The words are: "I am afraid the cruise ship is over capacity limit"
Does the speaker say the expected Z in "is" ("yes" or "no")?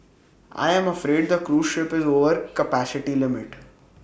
yes